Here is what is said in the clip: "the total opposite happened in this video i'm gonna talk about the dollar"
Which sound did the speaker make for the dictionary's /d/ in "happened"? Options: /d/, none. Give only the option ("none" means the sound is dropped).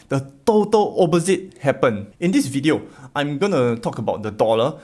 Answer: none